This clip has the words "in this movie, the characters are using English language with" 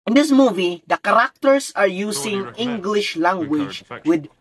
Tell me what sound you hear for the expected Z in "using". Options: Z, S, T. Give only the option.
S